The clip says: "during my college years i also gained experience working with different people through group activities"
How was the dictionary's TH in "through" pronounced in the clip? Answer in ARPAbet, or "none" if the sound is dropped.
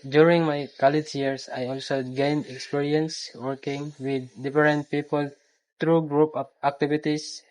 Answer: T